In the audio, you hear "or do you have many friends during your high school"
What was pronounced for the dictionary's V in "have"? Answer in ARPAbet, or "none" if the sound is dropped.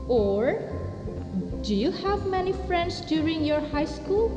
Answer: V